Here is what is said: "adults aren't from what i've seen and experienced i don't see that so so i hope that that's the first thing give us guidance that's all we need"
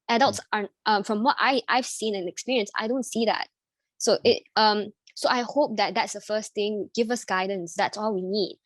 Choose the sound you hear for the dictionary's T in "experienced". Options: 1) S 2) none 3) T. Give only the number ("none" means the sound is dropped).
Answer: 2